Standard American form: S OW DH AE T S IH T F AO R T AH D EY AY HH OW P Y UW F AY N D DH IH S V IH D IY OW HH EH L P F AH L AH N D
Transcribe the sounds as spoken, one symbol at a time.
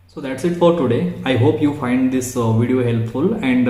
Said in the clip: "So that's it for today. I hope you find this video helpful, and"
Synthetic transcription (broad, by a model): S OW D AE T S IH T F AO R T AH D EY AY HH OW P Y UW F AY N D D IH S V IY D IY OW HH EH L P F AH L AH N D